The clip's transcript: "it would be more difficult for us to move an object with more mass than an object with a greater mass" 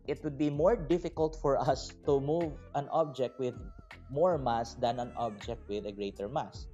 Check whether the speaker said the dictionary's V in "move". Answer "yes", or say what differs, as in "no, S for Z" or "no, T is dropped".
yes